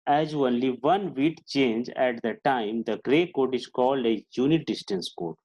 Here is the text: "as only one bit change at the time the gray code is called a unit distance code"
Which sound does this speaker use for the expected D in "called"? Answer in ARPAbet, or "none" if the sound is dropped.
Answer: D